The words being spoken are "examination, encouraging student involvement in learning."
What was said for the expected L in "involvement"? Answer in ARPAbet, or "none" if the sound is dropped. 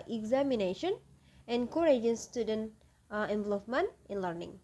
none